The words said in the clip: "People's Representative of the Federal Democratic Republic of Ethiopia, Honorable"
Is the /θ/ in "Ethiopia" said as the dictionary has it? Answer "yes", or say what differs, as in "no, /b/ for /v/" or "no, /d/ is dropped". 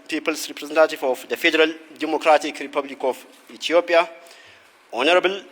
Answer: no, /t/ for /θ/